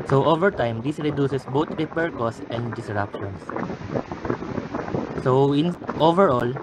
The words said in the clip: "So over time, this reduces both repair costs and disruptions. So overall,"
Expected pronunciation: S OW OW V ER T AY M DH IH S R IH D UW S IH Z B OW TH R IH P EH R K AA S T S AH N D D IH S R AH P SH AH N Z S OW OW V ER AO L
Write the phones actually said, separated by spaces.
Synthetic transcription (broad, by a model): S OW OW V ER T AY M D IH S R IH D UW S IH S B OW T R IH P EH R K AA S S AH N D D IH S R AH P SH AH N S S OW OW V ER AO L